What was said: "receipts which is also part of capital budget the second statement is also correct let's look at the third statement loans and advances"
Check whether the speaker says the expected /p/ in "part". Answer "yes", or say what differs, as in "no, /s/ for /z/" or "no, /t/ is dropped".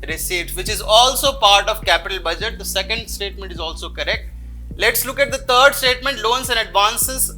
yes